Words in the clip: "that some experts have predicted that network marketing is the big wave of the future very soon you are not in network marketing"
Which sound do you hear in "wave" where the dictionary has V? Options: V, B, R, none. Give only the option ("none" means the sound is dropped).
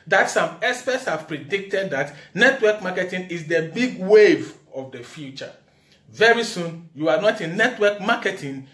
V